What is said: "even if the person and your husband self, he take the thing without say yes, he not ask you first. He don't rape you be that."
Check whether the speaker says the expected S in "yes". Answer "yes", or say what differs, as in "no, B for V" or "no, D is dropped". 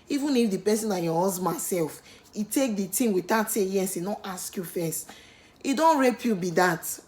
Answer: yes